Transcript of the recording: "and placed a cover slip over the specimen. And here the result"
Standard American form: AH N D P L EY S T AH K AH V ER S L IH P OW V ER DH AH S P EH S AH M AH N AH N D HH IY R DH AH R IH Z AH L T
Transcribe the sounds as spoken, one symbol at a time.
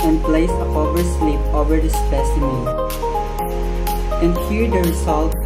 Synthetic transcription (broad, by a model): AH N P L EY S AH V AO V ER S L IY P OW V ER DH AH S P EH S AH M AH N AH N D HH IY R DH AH R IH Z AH L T